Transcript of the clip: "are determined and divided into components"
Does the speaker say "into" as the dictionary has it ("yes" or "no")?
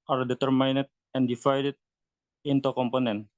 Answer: yes